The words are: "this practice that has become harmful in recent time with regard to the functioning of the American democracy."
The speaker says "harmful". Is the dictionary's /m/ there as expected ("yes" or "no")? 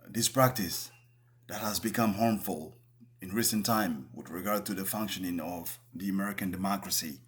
yes